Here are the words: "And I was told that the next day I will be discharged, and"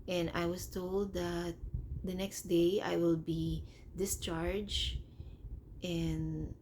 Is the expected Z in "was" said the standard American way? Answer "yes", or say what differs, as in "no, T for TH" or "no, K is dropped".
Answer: no, S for Z